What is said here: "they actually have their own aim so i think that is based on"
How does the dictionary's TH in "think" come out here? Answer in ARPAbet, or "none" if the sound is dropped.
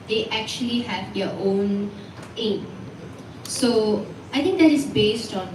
T